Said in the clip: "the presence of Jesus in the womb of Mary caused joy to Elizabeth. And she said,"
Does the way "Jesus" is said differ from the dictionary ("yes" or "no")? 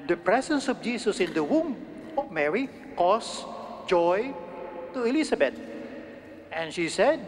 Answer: yes